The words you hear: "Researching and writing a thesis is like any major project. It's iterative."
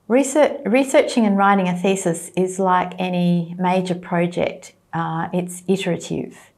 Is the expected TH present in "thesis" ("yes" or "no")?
yes